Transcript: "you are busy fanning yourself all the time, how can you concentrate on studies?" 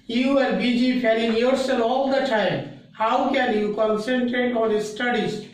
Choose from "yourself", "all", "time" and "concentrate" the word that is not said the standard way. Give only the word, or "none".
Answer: yourself